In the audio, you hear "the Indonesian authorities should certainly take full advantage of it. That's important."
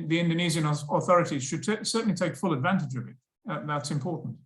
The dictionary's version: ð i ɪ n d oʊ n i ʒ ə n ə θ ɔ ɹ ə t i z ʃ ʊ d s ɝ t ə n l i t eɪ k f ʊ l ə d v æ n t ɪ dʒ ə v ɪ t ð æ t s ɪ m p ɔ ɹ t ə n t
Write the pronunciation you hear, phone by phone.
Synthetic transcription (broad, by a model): ð i ɪ n d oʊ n i z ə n ə θ ɔ ɹ ə t i z ʃ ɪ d s ɝ t n l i t eɪ k f ʊ l ə d v æ n t ɪ dʒ ə v ɪ t ð æ t s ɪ m p ɔ ɹ t n t